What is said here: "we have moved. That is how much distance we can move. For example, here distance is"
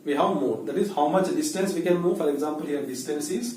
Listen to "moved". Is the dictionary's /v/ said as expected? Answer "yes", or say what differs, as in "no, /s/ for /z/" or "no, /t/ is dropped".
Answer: no, /v/ is dropped